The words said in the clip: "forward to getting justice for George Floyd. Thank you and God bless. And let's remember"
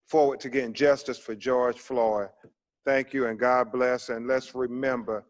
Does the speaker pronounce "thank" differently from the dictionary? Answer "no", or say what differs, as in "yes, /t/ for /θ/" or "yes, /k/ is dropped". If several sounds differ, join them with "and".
no